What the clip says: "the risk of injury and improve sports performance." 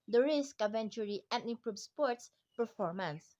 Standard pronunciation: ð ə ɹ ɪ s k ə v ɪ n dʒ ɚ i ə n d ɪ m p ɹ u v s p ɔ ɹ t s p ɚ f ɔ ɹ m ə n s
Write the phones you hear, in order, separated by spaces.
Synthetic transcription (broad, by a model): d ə ɹ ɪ s k ə v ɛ n tʃ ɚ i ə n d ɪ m p ɹ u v s p ɔ ɹ t s p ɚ f ɔ ɹ m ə n s